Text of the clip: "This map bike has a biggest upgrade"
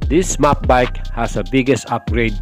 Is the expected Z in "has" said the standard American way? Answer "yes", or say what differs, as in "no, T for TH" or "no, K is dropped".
no, S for Z